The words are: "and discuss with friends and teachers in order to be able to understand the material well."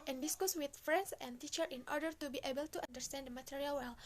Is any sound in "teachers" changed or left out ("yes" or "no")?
yes